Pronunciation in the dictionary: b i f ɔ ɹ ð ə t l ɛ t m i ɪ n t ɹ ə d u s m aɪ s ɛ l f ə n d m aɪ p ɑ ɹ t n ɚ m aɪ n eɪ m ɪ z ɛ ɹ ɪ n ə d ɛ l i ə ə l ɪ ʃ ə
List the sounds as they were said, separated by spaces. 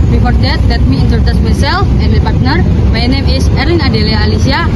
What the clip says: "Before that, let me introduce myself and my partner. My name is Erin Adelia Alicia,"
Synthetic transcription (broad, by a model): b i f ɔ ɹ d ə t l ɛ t m i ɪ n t ə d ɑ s m aɪ s ɛ l f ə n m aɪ p ɑ ɹ t n ɚ m aɪ n eɪ m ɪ s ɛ ɹ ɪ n ə d ɛ l i ə l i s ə